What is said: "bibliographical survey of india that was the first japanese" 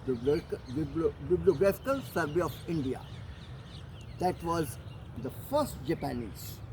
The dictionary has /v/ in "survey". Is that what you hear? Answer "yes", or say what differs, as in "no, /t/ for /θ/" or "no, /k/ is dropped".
no, /b/ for /v/